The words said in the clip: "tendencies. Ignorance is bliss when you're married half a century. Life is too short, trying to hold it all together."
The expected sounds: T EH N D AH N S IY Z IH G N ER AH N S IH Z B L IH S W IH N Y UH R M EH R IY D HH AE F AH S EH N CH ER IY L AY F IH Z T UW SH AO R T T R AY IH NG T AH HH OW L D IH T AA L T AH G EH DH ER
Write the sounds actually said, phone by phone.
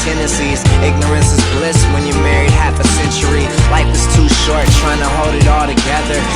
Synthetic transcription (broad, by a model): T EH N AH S IY Z IH G N ER AH N S IH Z B L IH S W IH N Y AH R M EH R IY D HH AE F AH S EH N CH ER IY L AY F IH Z T UW SH AO R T T R AY IH NG T AH HH OW L D IH T AA L T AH G EH DH ER